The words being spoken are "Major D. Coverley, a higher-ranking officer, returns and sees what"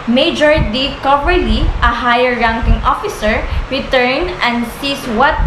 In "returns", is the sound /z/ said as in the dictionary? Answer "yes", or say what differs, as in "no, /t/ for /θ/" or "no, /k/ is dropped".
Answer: no, /z/ is dropped